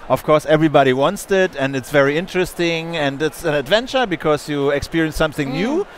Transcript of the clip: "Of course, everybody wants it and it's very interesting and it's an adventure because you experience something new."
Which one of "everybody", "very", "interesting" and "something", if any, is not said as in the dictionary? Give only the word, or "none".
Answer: none